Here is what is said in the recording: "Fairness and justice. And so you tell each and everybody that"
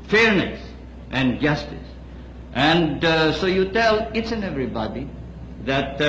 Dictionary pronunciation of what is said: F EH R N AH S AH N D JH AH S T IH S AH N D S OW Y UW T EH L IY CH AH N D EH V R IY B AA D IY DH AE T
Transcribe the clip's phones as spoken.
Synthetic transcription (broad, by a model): F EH R N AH S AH N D JH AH S T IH S AH N D S OW Y UW T EH L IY S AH N EH V R IY B AA D IY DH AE T